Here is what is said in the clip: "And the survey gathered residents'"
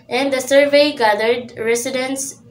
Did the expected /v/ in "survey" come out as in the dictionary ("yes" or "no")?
yes